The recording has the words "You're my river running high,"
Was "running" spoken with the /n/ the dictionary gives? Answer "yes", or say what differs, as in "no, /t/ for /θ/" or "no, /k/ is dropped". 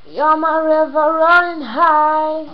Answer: no, /n/ is dropped